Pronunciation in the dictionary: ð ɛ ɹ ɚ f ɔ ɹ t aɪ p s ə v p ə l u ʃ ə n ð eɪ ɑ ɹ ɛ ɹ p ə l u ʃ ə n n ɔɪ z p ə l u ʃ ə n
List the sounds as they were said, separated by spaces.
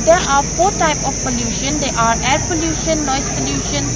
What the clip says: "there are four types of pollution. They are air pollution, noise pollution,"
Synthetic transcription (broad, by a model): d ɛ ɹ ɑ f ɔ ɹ t aɪ p ə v p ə l u ʃ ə n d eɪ ɑ ɹ ɛ ɹ p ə l u ʃ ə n n ɔɪ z p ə l u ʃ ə n